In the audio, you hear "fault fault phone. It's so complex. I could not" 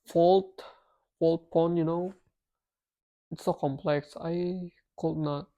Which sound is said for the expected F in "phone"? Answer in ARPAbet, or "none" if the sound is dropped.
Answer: P